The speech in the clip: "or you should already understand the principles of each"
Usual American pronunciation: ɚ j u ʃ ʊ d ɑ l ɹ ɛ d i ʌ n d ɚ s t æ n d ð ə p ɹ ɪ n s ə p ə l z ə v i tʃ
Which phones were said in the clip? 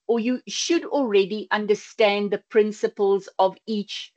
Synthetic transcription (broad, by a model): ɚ j u ʃ ʊ d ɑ l ɹ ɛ d i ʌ n d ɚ s t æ n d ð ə p ɹ ɪ n s ə p ə l z ə v i tʃ